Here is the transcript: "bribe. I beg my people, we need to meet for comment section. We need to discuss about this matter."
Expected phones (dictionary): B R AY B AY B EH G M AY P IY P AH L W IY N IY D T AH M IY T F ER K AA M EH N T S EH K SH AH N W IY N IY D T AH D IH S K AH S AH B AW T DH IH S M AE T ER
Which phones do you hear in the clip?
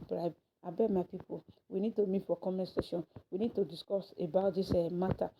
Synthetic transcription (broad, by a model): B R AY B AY B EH M AY P IY P AH L W IY N IY D T AH M IY T F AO K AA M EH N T S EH SH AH N W IY N IY D T AH D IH S K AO S AH B AW T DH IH S M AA T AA